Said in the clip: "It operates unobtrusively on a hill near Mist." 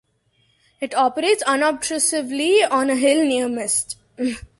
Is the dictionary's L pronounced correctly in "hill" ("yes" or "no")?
yes